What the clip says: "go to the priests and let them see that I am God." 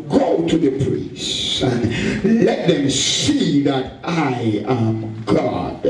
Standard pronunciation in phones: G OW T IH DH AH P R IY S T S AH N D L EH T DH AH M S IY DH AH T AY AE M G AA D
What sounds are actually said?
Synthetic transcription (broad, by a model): G OW T IH DH AH P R IY S S S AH N L EH T DH AH M S IY DH AH T AY AE M G AA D